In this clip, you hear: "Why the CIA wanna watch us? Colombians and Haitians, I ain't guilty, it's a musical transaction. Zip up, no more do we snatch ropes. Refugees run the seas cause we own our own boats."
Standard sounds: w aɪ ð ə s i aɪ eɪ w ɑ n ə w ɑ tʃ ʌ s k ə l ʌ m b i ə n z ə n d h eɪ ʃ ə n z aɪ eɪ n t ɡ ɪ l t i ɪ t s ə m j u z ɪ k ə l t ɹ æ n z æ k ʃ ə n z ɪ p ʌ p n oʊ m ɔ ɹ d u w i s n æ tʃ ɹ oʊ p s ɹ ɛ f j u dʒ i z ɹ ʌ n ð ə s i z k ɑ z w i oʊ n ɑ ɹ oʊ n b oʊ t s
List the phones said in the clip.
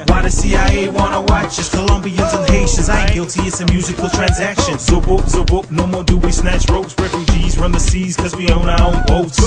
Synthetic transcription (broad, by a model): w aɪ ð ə s i aɪ eɪ w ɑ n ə w ɑ tʃ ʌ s k ə l ʌ m b i ə n z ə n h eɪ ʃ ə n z aɪ ɡ ɪ l t i ɪ t s ə m j u z ɪ k ə l t ɹ æ n z æ k ʃ ə n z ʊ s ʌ b n oʊ m ɔ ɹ d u w i s n æ tʃ ɹ oʊ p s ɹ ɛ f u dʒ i z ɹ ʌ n ð ə s i z k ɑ z w i oʊ n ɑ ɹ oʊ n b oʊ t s